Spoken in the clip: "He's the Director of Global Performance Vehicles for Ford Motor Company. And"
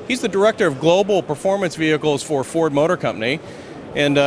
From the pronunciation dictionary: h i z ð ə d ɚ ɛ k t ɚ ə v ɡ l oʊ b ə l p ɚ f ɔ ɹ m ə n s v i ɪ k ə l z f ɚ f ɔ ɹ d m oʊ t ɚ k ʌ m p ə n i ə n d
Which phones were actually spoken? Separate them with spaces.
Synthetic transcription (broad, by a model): h i z ð ə d ɚ ɛ k t ɚ ə v ɡ l oʊ b l p ɚ f ɔ ɹ m ə n s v i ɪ k l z f ɚ f ɔ ɹ d m oʊ t ɚ k ʌ m p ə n i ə n